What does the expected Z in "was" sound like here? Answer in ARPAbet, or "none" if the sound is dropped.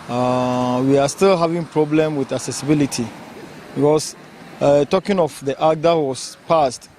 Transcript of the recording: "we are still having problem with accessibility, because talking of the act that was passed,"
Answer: S